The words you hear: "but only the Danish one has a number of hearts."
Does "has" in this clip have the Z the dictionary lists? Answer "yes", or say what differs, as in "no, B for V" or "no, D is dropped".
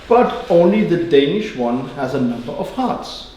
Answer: yes